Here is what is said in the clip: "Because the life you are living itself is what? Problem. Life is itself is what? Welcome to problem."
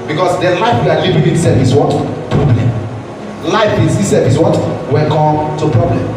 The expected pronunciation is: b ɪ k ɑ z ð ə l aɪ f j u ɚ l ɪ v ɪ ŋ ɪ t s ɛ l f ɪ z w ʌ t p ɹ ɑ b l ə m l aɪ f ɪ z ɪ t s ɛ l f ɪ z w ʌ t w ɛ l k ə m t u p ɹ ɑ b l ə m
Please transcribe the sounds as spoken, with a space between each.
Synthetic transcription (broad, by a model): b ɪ k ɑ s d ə l aɪ f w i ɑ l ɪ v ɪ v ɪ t s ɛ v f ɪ s w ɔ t p ɹ ɑ b l ə m l aɪ f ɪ s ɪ s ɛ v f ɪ s w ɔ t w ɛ n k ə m t u p ɹ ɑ b l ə m